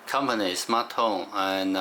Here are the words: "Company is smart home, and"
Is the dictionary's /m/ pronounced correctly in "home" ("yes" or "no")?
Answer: no